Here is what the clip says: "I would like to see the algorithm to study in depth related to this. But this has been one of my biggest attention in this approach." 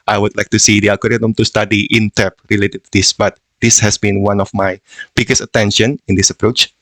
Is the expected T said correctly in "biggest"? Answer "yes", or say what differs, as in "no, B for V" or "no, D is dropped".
no, T is dropped